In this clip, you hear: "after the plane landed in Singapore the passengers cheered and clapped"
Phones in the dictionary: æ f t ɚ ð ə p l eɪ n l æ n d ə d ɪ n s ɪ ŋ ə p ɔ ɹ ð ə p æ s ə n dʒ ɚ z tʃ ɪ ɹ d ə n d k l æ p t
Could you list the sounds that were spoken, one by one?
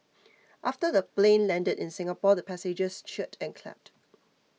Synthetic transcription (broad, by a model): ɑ f t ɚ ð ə p l eɪ n l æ n d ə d ɪ n s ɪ ŋ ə p ɔ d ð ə p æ s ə dʒ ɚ s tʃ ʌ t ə n k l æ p t